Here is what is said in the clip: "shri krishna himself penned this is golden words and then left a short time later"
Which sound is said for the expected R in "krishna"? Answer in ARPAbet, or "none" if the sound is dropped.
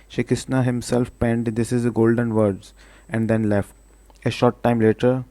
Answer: none